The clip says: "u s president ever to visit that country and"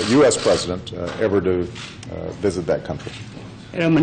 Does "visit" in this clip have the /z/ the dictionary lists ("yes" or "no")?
yes